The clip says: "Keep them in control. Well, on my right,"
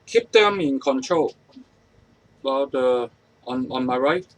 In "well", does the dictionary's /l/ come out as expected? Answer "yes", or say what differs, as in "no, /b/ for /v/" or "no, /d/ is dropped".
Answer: no, /n/ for /l/